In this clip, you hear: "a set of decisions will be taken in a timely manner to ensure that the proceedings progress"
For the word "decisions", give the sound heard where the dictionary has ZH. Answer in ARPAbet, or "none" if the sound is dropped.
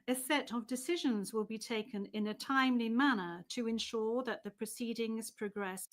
ZH